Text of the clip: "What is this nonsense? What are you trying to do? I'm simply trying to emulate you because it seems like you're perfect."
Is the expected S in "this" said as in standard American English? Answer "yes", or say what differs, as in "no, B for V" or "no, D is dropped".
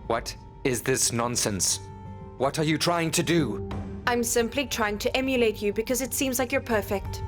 yes